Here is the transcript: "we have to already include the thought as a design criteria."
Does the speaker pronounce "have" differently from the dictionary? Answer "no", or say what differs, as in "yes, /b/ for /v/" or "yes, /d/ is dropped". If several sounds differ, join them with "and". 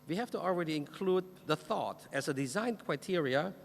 yes, /f/ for /v/